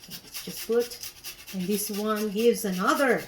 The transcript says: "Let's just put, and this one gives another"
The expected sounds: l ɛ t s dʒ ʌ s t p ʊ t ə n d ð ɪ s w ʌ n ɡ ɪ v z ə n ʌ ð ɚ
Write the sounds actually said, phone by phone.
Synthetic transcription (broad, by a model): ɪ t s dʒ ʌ s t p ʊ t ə n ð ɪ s w ʌ n ɡ ɪ v z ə n ʌ ð ɚ